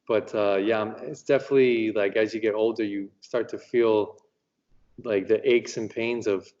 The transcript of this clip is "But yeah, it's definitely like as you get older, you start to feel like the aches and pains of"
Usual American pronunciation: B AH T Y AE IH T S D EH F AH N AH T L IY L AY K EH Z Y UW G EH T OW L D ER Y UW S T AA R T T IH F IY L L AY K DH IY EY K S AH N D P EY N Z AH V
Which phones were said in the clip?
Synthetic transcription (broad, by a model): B AH T Y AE IH T S D EH F AH N AH T L IY L AY K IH Z Y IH G EH T OW L D ER Y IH S T AA R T T IH F IY L L AY K DH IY EY K S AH N P EY N Z AH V